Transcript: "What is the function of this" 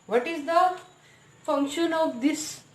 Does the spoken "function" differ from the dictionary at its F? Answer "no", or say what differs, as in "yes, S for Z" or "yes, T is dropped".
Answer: no